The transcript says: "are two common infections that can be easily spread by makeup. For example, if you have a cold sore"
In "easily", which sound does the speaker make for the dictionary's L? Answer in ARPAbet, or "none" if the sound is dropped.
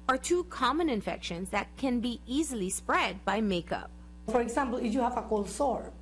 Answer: L